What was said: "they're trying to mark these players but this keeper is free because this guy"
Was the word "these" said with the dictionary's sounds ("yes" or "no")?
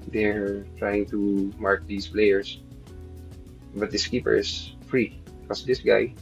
no